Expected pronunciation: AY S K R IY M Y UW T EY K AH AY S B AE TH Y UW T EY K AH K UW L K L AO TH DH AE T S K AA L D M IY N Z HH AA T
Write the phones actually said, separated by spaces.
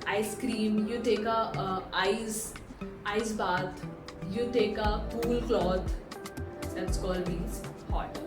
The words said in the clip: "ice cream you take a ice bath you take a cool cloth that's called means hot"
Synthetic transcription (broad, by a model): AY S K R IY M Y UW T EY K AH AY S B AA T Y UW T EY K AH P UW L K L AO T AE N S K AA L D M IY Z HH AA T